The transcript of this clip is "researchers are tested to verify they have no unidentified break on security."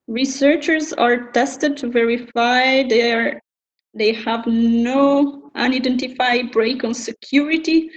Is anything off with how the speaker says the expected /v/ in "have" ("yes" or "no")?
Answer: no